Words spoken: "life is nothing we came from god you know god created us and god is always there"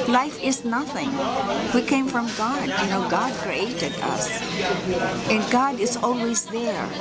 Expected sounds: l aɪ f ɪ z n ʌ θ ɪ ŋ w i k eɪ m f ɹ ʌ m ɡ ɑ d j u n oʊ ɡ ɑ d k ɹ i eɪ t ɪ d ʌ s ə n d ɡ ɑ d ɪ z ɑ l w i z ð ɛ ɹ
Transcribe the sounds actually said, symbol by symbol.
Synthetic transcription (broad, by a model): l aɪ f ɪ z n ʌ θ ɪ ŋ w i k eɪ m f ɹ ʌ m ɡ ɑ d j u n oʊ ɡ ɑ d k ɹ i eɪ t ɪ d ʌ s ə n ɡ ɑ d ɪ z ɑ l w i z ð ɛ ɹ